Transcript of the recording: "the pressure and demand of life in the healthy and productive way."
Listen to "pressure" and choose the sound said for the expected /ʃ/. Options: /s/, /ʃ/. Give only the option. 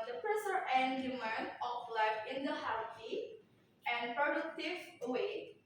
/s/